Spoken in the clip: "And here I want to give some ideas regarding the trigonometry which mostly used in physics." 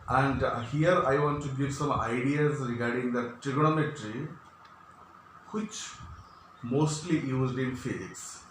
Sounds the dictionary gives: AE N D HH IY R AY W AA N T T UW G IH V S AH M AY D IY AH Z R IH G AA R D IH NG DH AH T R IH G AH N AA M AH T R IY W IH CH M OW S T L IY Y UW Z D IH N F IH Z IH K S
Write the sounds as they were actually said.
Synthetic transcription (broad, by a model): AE N D HH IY R AY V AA N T T UW G IH V S AH M AY D IY AH Z R IH G AA R D IH NG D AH T R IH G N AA M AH T R IY W IH CH M OW S T L IY Y UW Z D IH N F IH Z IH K S